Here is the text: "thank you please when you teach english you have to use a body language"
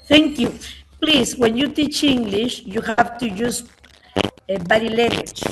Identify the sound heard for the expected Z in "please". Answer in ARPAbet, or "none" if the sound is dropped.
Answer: S